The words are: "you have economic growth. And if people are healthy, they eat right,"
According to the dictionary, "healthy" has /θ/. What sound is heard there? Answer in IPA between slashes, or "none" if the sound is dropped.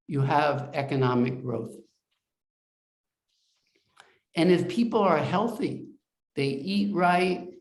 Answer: /θ/